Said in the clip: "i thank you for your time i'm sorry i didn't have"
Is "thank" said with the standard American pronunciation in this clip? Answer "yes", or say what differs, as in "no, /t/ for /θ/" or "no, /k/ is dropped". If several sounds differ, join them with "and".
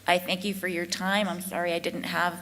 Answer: yes